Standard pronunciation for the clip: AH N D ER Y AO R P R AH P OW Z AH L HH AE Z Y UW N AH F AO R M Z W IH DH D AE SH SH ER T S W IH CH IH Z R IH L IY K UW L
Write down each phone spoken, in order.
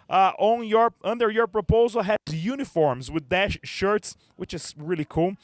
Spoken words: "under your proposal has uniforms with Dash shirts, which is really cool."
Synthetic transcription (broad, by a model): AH N D ER Y AO R P R AH P OW Z AH L HH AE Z Y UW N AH F AO R M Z W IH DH D AE SH SH ER T S W IH CH IH Z R IH L IY K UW L